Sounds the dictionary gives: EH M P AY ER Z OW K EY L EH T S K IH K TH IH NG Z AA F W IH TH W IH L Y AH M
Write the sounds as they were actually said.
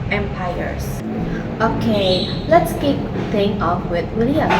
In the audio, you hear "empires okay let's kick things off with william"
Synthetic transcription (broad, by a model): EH M P AY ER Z OW K EY L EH T S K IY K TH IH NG AA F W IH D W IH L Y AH